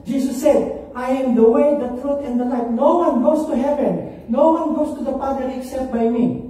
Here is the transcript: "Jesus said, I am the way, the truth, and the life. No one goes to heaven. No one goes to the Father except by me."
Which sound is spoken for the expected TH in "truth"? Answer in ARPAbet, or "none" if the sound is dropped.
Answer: T